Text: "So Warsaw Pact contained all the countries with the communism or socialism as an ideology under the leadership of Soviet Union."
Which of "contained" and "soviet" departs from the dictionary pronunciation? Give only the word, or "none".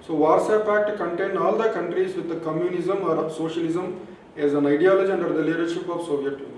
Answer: contained